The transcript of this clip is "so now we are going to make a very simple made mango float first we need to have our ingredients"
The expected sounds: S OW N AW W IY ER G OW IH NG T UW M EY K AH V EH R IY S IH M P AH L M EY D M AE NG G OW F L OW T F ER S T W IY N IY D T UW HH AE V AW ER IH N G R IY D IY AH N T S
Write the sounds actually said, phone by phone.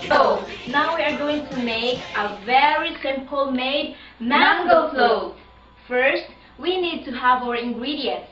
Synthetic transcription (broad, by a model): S OW N AW W IY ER G OW IH NG T UW M EY K AH V EH R IY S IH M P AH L M EY D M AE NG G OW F L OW F ER S T W IY N IY D T UW HH AE V AW ER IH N G R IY D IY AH N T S